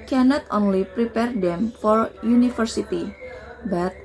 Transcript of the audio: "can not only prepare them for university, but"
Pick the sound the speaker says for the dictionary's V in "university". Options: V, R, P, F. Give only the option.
F